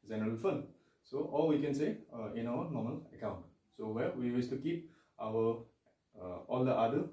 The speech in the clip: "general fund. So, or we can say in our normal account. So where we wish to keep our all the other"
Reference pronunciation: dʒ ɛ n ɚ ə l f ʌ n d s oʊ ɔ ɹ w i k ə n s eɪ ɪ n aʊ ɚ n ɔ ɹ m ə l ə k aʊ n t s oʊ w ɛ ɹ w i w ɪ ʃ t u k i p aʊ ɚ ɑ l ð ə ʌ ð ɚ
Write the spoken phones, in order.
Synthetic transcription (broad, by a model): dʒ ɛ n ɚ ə l f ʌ n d s oʊ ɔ l w i k ə n s eɪ ɪ n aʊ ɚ n ɔ m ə l ə k aʊ n t s oʊ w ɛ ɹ w i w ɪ s t u k i p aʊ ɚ ɑ l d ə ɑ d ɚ